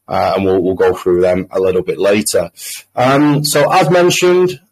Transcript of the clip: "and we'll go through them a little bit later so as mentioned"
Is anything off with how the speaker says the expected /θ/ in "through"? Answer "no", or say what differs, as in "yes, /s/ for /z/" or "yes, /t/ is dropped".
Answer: no